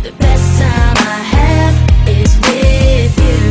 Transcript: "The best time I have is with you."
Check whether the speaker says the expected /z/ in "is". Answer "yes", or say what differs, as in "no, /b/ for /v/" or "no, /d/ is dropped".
yes